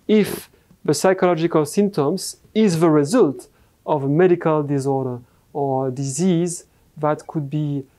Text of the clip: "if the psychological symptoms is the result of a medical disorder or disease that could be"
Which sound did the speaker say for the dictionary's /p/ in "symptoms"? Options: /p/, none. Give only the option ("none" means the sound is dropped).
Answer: /p/